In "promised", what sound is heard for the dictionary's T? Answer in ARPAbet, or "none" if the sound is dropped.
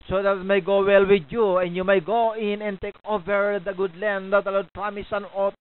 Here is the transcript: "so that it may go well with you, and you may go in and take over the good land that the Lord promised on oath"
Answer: none